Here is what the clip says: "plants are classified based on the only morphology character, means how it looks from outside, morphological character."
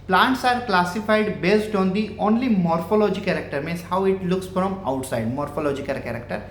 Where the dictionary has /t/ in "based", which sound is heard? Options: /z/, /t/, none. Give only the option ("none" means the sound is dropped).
/t/